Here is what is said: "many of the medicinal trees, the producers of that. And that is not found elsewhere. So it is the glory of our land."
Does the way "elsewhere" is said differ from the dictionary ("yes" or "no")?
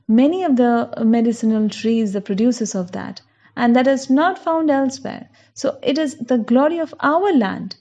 no